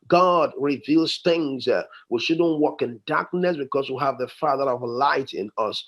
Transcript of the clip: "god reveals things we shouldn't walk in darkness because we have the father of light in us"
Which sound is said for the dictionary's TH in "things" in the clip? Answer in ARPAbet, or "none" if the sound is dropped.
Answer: TH